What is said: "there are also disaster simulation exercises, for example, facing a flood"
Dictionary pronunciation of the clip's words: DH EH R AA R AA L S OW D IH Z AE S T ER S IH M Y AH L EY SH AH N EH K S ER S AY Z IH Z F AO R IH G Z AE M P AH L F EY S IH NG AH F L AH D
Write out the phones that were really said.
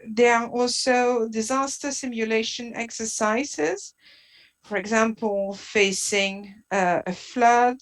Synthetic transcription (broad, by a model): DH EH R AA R AA L S OW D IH Z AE S T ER S IH M Y AH L EY SH AH N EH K S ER S AY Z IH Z F AO R IH G Z AE M P AH L F EY S IH NG AH F L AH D